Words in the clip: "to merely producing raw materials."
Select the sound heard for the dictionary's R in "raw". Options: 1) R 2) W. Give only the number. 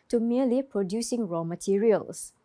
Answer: 1